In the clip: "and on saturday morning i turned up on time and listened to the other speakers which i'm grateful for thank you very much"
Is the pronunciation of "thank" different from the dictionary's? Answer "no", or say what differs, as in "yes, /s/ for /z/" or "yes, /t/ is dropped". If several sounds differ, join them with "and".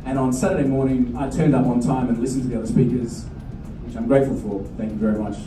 no